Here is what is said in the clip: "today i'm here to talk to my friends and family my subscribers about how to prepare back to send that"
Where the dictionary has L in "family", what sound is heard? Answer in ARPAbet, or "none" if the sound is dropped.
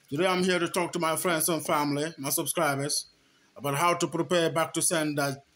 L